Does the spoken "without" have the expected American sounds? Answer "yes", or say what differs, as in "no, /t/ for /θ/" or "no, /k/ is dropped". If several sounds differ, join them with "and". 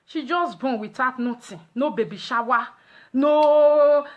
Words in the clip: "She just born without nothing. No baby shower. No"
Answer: no, /t/ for /θ/